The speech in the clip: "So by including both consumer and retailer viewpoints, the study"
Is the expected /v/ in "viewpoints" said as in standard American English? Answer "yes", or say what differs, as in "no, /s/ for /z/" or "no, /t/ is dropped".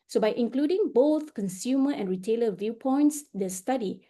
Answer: yes